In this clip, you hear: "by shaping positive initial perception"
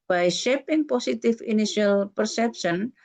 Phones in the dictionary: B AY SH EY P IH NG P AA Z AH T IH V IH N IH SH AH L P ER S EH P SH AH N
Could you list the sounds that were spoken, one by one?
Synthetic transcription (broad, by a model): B AY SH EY P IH NG P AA S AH T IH F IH N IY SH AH L P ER S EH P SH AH N